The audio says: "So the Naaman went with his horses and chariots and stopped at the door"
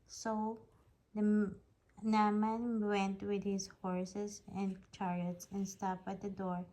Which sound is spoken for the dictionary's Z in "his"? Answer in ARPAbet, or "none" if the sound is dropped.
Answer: S